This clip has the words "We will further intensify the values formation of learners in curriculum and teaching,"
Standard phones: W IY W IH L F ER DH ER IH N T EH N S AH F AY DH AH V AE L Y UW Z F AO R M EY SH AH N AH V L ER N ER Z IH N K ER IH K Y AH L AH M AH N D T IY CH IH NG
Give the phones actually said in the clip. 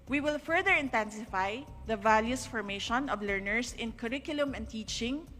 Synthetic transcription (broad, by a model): W IY W IH L F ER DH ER IH N T EH N S AH F AY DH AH V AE L Y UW S F AO R M EY SH AH N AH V L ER N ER S IH N K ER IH K Y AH L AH M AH N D T IY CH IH NG